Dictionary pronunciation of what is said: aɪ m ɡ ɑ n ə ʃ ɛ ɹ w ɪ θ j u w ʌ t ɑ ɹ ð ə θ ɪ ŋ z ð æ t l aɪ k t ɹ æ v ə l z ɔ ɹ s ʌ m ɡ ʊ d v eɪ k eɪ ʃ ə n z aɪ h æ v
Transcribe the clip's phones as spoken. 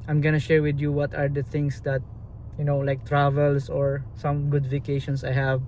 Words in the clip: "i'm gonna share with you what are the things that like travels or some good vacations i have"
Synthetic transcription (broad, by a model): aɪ m ɡ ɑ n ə ʃ ɛ ɹ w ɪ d j u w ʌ t ɑ ɹ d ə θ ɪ ŋ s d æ t l aɪ k t ɹ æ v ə l s ɔ ɹ s ʌ m ɡ ʊ d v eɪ k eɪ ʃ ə n s aɪ h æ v